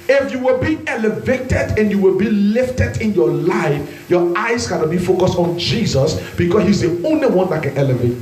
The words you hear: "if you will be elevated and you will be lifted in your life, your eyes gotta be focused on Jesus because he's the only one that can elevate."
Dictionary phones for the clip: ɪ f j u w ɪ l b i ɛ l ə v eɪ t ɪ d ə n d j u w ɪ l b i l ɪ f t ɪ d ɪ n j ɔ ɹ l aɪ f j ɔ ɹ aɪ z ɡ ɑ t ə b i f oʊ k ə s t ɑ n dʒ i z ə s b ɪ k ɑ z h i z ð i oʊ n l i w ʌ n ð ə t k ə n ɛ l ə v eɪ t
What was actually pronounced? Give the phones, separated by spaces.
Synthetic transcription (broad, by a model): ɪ f j u w ɪ l b i ɛ l ə v eɪ t ɪ d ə n j u w ɪ l b i l ɪ f t ɪ d ɪ n j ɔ l aɪ f j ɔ aɪ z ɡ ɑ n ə b i f oʊ k ə s t ɑ n dʒ i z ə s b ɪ k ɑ s h i z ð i oʊ n l i w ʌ n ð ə t k ə n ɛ l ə v eɪ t